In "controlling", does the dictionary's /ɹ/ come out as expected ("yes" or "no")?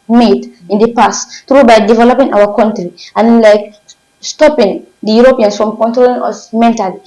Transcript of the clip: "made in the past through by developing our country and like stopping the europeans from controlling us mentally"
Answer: yes